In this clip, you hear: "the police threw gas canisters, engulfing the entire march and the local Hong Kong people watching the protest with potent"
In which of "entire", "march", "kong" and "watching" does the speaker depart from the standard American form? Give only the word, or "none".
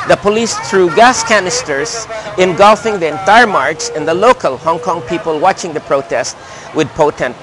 march